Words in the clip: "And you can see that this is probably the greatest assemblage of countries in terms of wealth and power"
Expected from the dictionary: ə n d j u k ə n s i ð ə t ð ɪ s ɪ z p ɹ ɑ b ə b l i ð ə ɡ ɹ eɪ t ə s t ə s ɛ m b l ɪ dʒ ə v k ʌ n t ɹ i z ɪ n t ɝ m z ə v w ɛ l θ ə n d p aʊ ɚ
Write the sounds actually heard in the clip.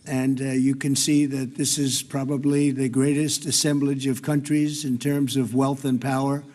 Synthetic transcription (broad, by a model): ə n j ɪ k ə n s i ð ə t ð ɪ s ɪ z p ɹ ɑ b ə b l i ð ə ɡ ɹ eɪ t ə s t ə s ɛ m b l ɪ dʒ ə v k ʌ n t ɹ i z ɪ n t ɝ m z ə v w ɛ l θ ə n p aʊ ɚ